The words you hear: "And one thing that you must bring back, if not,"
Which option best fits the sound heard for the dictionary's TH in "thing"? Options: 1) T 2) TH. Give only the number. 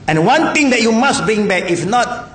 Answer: 1